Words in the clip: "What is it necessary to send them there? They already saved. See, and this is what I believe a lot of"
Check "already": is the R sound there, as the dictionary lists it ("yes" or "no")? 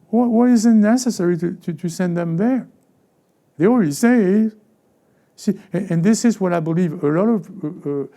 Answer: no